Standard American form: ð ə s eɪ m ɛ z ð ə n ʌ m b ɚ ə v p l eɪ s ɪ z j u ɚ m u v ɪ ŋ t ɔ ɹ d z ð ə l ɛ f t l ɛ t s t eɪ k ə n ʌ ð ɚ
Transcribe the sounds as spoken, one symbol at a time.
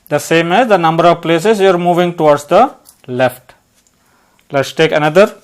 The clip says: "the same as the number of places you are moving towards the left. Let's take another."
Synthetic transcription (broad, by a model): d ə s eɪ m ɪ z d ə n ʌ m b ɚ ə v p l eɪ s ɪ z j u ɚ m u v ɪ ŋ t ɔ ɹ d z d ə l ɛ f t l ɛ t s t eɪ k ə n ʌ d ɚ